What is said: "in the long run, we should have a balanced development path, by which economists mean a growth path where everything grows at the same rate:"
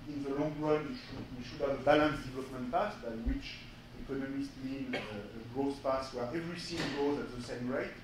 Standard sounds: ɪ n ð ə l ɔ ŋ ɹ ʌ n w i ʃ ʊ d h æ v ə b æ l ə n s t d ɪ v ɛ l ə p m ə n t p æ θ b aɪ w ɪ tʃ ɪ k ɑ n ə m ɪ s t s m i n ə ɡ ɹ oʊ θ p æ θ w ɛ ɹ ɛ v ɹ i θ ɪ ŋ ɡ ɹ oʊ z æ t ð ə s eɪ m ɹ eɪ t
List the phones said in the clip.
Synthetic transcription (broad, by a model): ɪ n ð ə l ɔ ŋ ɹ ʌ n w i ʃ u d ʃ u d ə b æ l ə n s d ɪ v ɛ l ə p m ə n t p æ s b aɪ w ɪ tʃ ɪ k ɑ n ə m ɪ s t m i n ə ɡ ɹ oʊ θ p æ s w ɛ ɹ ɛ v ɹ i s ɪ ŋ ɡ oʊ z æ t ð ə s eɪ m ɹ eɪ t